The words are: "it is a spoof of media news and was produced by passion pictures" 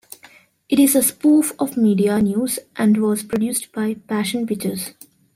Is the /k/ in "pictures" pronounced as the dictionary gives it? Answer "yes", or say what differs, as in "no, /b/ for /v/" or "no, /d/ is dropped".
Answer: no, /k/ is dropped